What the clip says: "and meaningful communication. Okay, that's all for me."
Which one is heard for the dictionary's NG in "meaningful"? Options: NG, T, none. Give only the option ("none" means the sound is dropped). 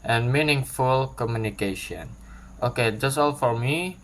NG